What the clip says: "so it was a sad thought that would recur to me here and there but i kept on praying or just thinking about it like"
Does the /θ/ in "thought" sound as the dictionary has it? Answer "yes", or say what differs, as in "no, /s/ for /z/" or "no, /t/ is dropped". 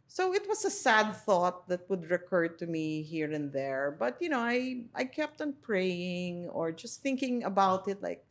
yes